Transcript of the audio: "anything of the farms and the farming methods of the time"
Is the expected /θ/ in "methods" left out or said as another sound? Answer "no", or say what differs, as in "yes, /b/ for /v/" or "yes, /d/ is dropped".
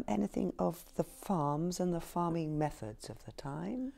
no